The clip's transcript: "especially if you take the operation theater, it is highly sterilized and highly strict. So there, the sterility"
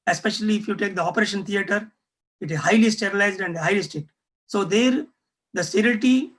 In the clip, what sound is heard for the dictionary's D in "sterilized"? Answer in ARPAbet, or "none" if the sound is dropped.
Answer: D